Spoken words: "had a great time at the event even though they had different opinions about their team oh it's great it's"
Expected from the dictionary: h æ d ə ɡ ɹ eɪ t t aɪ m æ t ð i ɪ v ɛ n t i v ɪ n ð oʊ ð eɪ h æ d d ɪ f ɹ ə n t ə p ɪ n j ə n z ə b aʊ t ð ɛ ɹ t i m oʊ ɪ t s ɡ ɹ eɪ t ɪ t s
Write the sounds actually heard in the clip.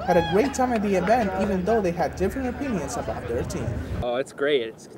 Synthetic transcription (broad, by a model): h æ d ə ɡ ɹ eɪ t t aɪ m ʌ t ð i ɪ v ɛ n t i v ɪ n ð oʊ ð eɪ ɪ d d ɪ f ɹ ə n t ə p ɪ n j ə n z ə b aʊ t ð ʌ ɹ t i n oʊ ɪ t s ɡ ɹ eɪ t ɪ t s